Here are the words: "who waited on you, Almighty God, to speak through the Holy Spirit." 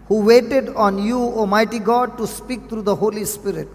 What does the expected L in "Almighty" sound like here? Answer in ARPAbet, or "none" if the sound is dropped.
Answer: none